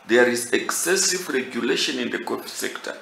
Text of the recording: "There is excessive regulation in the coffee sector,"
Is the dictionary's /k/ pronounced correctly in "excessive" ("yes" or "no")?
yes